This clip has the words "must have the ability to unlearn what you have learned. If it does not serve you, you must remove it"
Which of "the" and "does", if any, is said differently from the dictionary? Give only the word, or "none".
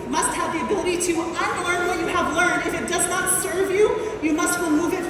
none